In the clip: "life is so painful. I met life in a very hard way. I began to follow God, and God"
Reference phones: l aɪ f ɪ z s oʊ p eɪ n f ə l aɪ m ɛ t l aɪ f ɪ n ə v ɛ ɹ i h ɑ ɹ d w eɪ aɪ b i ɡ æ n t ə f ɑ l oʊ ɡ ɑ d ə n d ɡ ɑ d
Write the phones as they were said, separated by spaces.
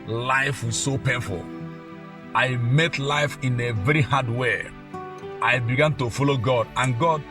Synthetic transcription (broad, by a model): l aɪ f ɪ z s oʊ p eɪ f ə l aɪ m ɛ t l aɪ f ɪ n ə v ɛ ɹ i h ɑ d w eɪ aɪ b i ɡ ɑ n t ə f ɑ l oʊ ɡ ɑ d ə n ɡ ɑ d